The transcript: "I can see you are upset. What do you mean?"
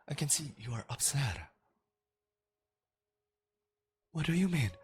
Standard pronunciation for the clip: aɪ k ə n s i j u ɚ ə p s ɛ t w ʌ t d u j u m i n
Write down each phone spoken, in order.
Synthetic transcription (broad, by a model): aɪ k ə n s i j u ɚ ə p s ɛ t w ʌ t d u j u m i n